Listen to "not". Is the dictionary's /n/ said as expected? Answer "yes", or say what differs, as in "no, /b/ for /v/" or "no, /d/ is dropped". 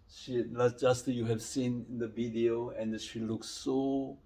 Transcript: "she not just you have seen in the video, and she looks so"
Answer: no, /l/ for /n/